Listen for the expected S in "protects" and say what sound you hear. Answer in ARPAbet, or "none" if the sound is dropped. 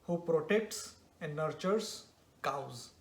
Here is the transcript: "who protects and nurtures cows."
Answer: S